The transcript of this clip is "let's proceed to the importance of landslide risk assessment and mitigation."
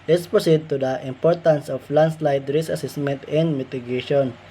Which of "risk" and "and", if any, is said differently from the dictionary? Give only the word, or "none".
risk